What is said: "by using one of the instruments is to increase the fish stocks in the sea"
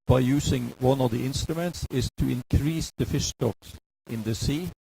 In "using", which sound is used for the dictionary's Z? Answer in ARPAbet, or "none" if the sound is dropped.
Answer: S